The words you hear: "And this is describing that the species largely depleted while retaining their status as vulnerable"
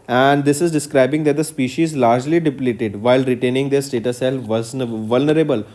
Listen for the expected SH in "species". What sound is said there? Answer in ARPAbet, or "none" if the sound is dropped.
SH